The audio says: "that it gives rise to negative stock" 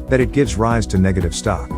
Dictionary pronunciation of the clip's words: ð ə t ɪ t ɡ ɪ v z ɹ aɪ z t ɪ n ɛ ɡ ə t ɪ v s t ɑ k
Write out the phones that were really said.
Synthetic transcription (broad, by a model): ð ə t ɪ t ɡ ɪ v z ɹ aɪ z t ɪ n ɛ ɡ ə t ɪ v s t ɑ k